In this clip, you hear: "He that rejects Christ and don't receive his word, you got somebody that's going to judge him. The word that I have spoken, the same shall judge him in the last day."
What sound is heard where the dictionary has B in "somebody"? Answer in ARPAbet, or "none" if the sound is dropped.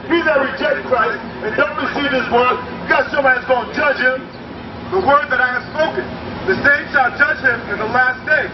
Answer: none